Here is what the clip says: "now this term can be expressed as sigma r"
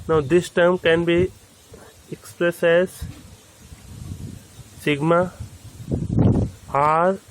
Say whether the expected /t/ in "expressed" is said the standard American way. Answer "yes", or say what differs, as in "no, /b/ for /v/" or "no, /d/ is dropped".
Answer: no, /t/ is dropped